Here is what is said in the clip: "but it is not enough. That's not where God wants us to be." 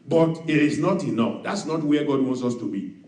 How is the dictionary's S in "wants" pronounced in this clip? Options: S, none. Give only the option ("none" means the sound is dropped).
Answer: S